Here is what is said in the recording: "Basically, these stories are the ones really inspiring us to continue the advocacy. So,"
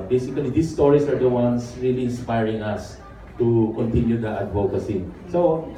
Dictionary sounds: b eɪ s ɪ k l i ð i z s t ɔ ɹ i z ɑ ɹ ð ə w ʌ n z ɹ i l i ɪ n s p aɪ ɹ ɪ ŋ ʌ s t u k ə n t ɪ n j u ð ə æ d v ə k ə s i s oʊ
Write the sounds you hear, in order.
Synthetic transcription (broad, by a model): b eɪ s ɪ k l i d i s t ɔ ɹ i s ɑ ɹ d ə w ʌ n s ɹ i l i ɪ n s p aɪ ɹ ɪ ŋ ʌ s t u k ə n t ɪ n j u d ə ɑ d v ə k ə s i s oʊ